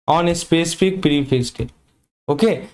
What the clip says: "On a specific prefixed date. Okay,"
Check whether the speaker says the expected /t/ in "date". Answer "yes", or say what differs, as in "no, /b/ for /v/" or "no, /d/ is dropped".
no, /t/ is dropped